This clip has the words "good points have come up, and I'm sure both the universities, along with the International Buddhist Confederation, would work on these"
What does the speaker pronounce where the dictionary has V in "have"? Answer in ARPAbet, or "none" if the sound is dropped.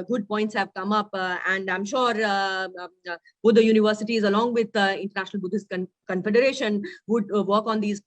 V